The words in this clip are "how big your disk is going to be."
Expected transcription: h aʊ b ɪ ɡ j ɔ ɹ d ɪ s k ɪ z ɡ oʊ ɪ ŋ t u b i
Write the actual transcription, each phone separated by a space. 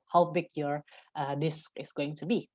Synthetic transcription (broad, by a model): h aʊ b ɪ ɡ j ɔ ɹ d ɪ s k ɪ s ɡ oʊ ɪ ŋ t u b i